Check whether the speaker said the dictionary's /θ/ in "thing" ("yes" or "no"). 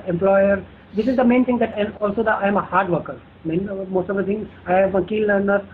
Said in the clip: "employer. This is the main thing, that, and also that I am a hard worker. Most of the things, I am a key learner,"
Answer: no